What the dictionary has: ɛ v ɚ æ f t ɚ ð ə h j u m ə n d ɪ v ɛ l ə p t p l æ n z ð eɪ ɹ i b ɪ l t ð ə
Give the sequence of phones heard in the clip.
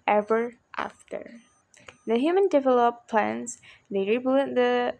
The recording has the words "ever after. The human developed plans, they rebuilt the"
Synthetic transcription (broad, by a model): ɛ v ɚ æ f t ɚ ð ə h j u m ə n d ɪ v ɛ l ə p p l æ n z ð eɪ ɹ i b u t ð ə